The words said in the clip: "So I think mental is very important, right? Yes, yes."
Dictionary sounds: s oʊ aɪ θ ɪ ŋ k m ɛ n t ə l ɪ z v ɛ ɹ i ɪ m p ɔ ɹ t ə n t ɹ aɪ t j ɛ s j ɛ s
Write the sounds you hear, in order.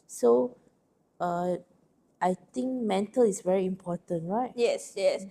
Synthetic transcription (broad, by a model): s oʊ aɪ t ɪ ŋ k m ɛ n t ə l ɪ s v ɛ ɹ i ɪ m p ɔ t ə n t ɹ aɪ t j ɛ s j ɛ s